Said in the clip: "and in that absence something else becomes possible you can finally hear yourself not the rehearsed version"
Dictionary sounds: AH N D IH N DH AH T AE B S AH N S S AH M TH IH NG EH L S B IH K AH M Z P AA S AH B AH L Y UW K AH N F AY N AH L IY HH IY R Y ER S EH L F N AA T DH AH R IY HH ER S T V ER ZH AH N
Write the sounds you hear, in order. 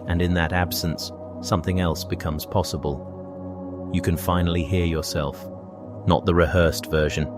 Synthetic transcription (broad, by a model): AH N IH N DH AH T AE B S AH N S S AH M TH IH NG EH L S B IH K AH M Z P AA S AH B AH L Y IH K AH N F AY N L IY HH IY R Y ER S EH L F N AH T DH AH R IY HH ER S T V ER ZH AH N